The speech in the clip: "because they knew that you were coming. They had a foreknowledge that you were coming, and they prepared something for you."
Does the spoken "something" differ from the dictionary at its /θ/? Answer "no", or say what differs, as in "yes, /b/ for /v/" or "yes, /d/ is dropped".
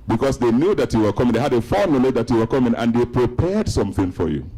no